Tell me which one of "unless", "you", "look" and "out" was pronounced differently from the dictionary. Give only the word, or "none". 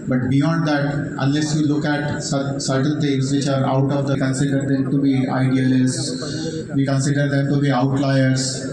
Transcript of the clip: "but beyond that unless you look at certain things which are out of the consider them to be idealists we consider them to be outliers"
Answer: none